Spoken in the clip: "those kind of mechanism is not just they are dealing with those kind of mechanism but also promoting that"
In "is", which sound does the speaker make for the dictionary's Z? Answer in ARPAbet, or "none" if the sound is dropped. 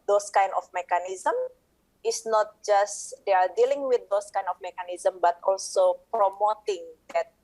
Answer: S